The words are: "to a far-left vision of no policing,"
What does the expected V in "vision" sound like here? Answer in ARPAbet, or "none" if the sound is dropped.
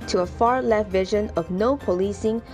V